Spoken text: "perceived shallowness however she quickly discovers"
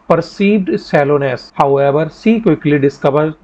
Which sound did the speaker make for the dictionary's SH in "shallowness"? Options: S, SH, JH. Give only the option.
S